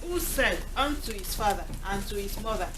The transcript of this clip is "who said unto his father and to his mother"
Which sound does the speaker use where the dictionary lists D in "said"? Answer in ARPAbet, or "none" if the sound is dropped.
none